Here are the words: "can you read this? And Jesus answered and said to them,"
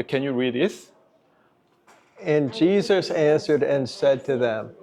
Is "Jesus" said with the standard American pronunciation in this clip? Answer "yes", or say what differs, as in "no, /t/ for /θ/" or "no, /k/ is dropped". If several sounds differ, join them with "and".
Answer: yes